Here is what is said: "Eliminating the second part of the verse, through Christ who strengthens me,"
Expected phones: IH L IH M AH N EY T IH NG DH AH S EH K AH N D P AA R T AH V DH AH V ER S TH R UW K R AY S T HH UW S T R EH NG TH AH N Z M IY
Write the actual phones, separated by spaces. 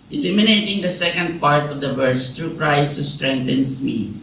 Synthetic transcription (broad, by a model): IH L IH M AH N EY T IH NG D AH S EH K AH N D P AA R T AH V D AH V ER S T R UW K R AY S HH UW S T R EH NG T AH N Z M IY